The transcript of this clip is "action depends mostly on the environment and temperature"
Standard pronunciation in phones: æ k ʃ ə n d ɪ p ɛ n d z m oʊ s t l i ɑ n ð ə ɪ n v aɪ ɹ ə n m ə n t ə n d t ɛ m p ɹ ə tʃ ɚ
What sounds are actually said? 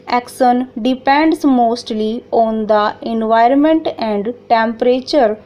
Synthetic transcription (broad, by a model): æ k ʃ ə n d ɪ p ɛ n d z m oʊ s t l i ɑ n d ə ɪ n v aɪ ɹ ə n m ə n t ə n d t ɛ m p ɹ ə tʃ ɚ